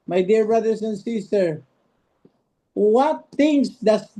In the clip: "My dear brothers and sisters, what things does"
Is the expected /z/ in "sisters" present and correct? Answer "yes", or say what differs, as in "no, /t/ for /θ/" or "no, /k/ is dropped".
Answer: no, /z/ is dropped